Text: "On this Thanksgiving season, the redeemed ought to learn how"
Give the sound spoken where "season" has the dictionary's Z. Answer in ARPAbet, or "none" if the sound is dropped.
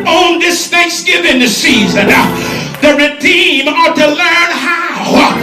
Z